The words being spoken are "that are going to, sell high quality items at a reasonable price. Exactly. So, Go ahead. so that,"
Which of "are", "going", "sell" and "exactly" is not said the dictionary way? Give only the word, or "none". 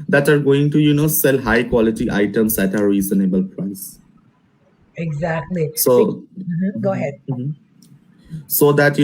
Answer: none